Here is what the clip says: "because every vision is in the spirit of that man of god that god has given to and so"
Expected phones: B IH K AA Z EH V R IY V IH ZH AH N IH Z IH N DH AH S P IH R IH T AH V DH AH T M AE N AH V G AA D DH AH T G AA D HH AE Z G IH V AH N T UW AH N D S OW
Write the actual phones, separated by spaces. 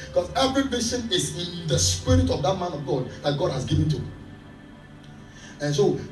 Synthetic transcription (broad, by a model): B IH K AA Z EH V R IY B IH S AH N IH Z IH N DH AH S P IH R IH T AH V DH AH T M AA N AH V G AA D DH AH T G AA D HH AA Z G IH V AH N T UW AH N S OW